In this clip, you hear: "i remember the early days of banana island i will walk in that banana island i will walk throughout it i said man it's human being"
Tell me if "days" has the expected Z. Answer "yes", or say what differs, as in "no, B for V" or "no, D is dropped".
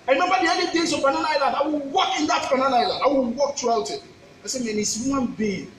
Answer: no, S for Z